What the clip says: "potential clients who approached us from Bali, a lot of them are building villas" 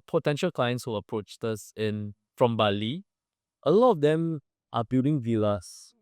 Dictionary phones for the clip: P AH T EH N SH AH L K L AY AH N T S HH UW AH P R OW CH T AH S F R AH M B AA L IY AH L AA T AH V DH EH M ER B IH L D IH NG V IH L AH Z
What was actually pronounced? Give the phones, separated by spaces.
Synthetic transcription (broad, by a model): P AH T EH N SH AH L K L AY AH N T S HH UW AH P R OW CH T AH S F R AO M B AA L IY AH L AA T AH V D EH M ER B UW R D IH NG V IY L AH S